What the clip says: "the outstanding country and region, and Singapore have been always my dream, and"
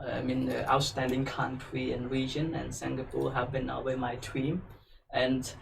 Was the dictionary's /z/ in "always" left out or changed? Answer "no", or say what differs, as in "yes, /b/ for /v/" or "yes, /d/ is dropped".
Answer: yes, /z/ is dropped